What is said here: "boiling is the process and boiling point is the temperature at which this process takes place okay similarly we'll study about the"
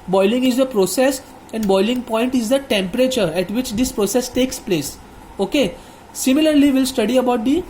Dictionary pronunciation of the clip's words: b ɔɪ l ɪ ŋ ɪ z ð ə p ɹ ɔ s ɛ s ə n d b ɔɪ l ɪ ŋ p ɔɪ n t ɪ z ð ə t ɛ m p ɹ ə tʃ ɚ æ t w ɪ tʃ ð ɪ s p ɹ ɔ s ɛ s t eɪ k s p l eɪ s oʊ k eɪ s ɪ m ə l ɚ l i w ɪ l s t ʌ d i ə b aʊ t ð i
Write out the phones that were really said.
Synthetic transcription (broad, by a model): b ɔɪ l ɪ ŋ ɪ z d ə p ɹ ɔ s ɛ s ə n d b ɔɪ l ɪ ŋ p ɔɪ n t ɪ z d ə t ɛ m p ɹ ə tʃ ɚ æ t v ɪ tʃ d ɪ s p ɹ ɔ s ɛ s t eɪ k s p l eɪ s oʊ k eɪ s ɪ m ə l ɚ l i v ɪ l s t ʌ d i ə b aʊ t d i